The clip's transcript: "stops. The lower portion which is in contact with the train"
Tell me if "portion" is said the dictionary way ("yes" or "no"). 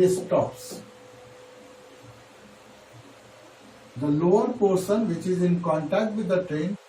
no